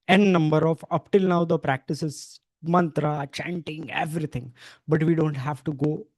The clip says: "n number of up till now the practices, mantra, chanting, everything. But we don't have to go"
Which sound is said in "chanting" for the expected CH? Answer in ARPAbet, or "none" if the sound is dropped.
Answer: CH